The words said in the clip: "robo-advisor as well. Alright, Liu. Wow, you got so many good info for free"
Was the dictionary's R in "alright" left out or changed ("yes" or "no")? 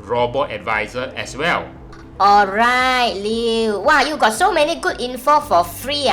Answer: no